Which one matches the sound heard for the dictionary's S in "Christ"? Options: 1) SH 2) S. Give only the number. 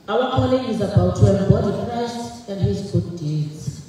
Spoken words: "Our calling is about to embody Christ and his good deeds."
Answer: 1